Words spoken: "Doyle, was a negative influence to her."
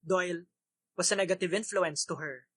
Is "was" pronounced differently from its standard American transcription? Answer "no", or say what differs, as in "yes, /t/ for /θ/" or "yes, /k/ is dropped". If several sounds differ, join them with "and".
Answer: yes, /s/ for /z/